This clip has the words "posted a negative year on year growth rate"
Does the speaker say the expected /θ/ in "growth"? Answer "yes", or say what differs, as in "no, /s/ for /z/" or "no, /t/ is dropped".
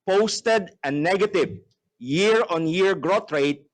no, /t/ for /θ/